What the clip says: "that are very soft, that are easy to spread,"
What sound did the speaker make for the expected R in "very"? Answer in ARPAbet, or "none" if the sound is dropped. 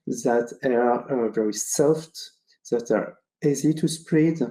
R